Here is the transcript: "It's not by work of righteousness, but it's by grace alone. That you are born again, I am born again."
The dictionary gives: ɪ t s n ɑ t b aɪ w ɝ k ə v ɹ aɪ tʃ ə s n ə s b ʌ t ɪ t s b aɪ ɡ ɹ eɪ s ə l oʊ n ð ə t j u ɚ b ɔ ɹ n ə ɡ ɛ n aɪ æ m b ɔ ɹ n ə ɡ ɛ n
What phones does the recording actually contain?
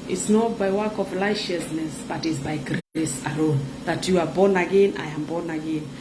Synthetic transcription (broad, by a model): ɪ t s n ɑ t b aɪ w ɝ k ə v l aɪ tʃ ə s n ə s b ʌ t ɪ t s b aɪ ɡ ɹ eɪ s ə l oʊ n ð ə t j u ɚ b ɔ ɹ n ə ɡ ɛ n aɪ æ m b ɔ n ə ɡ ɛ n